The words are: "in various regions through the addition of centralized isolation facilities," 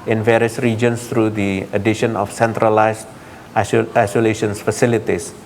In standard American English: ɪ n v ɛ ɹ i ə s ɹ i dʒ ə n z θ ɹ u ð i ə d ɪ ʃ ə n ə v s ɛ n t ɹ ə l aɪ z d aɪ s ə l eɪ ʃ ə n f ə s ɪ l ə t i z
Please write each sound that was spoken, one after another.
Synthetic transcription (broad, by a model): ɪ n v ɛ ɹ i ə s ɹ i dʒ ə n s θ ɹ u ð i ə d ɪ ʃ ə n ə f s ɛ n t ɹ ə l aɪ s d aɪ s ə l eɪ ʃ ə n f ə s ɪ l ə t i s